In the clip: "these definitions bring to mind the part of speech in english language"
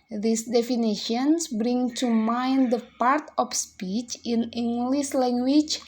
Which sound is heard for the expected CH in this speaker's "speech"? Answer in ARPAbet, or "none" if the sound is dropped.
CH